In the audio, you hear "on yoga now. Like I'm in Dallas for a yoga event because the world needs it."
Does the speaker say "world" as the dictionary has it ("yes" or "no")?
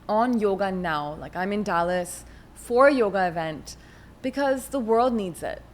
yes